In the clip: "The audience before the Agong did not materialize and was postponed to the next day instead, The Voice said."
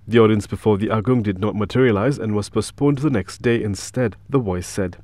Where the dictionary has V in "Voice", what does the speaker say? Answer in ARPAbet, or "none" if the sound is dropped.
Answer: W